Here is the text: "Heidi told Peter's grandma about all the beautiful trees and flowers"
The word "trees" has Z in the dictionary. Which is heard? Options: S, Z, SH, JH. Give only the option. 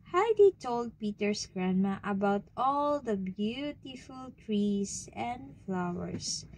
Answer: S